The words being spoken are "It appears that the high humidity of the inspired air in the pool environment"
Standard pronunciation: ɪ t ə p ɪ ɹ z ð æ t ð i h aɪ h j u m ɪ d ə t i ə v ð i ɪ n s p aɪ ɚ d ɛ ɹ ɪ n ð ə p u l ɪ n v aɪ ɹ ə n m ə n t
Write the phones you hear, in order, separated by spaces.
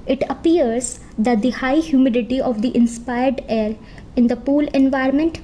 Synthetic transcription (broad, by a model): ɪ t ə p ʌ ɹ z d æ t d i h aɪ h j u m ɪ d ə t i ə v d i ɪ n s p aɪ ɚ d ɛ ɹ ɪ n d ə p u l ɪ n v aɪ ɹ m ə n t